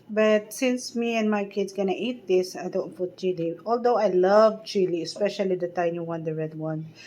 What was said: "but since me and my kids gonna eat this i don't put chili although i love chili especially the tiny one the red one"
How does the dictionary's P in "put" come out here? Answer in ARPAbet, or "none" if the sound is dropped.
F